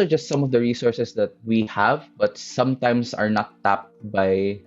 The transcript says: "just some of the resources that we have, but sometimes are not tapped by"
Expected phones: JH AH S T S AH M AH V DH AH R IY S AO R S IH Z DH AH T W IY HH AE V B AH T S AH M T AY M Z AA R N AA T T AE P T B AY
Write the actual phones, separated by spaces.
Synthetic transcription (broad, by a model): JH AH S T S AH M AH V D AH R IY S AO R S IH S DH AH T W IY HH AE V B AH T S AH M T AY M S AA R N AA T T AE P T B AY